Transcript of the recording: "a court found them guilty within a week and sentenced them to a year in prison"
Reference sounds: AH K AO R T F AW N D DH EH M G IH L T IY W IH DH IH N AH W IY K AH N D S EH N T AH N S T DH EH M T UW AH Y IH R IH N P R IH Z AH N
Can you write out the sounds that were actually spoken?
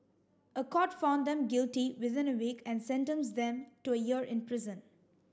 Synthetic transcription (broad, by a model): AH K AO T F AW N D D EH M G IH L T IY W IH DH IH N AH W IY K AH N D S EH N T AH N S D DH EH M T UW AH Y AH R IH N P R IH Z AH N